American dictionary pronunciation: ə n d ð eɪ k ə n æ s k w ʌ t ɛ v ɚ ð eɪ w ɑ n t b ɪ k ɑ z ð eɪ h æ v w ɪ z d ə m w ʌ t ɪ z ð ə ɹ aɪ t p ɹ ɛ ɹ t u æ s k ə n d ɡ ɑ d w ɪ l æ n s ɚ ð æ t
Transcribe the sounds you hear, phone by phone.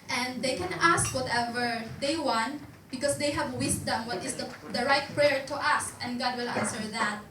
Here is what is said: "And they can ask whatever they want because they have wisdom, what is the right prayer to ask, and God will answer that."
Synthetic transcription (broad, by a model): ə n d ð eɪ k ə n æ s k w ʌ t ɛ v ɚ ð eɪ w ɑ n t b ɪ k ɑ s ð eɪ h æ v w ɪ s d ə m w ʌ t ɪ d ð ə ɹ aɪ t p ɹ ɛ ɹ t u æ s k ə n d ɡ ɑ d w ɪ l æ n s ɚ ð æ t